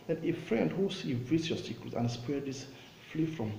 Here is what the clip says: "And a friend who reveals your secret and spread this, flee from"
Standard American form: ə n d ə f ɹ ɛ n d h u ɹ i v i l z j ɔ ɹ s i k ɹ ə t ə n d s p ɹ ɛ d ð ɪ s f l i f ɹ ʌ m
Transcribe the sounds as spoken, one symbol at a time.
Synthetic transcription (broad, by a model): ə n ə f ɹ ɛ n d h u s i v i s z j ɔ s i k ə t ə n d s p ɛ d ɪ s f l i f ɹ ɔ m